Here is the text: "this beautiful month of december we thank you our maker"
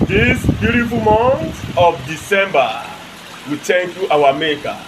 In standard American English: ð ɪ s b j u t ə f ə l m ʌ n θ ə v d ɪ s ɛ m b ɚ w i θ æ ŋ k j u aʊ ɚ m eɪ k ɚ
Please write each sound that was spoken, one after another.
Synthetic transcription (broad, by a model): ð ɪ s b j u t ə f ə l m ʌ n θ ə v d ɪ s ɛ m b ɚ w i t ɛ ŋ k j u aʊ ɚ m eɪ k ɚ